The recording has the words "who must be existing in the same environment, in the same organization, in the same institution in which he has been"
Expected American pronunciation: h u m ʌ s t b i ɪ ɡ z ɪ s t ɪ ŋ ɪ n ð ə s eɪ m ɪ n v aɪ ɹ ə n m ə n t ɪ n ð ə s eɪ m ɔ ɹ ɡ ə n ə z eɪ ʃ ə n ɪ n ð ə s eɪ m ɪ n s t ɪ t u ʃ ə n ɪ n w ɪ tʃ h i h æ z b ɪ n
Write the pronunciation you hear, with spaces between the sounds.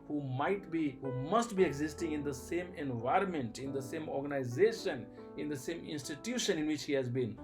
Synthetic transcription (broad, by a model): h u m ʌ s t b i ɪ ɡ z ɪ s t ɪ ŋ ɪ n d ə s eɪ m ɪ n v aɪ ɹ ə n m ə n t ɪ n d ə s eɪ m ɔ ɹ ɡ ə n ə z eɪ ʃ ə n ɪ n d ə s eɪ m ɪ n s t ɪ t u ʃ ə n ɪ n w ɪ tʃ h i h æ z b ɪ n